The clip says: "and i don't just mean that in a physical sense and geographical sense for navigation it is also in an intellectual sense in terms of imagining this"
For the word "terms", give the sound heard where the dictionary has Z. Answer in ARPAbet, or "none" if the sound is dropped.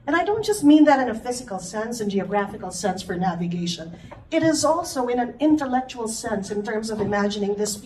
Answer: Z